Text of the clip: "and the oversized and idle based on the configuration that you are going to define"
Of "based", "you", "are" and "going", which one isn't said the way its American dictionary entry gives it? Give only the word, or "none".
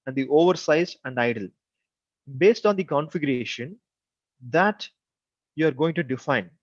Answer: none